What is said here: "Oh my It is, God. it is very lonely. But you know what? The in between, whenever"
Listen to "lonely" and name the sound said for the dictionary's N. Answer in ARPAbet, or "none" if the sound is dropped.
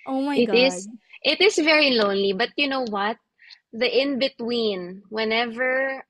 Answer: N